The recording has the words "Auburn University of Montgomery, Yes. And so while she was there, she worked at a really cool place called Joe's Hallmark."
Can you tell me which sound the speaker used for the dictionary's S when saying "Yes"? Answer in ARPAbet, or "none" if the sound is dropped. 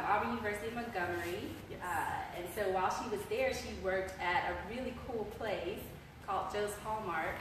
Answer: none